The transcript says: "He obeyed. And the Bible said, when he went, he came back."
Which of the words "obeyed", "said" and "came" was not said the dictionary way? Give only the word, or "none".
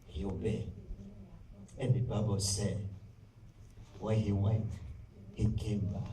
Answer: obeyed